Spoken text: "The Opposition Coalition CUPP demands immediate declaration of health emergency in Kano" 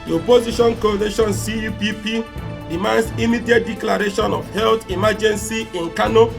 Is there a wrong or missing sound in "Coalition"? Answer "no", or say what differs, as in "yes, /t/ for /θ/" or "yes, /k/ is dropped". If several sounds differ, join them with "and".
yes, /n/ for /l/